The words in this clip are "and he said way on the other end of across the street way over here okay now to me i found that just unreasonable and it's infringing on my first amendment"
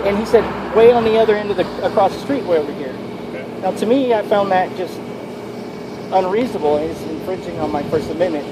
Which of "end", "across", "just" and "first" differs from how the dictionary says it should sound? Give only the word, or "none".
first